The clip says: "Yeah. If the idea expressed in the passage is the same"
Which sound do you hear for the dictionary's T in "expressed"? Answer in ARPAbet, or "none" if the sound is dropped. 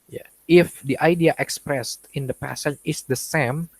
T